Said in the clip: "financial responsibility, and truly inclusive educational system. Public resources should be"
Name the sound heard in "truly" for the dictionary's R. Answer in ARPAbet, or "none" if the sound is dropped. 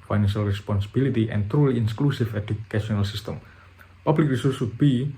R